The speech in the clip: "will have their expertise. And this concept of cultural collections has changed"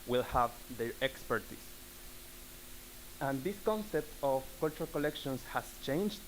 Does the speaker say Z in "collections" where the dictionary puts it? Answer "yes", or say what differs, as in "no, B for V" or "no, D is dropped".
no, S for Z